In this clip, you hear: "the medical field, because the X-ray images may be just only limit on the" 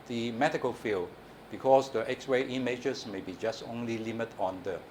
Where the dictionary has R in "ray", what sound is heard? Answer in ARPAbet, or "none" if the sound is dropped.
W